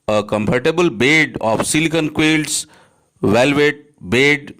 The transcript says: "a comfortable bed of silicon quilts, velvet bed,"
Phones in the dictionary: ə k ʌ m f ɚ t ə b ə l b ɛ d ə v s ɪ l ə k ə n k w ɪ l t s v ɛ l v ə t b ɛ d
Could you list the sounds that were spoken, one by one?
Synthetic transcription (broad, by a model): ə k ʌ m p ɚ t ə b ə l b ɛ d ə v s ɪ l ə k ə n k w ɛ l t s v ɛ l v ə t b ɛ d